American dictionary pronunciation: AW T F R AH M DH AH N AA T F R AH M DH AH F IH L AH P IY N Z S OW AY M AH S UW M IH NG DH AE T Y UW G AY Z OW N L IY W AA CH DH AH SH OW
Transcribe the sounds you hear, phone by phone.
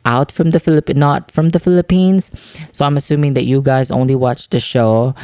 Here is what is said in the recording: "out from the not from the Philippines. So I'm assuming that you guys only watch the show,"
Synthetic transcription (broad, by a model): AW T F R AH M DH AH N AA T F R AH M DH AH F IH L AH P IY N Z S OW AY M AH S UW M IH NG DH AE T Y UW G AY Z OW N L IY W AA CH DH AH SH OW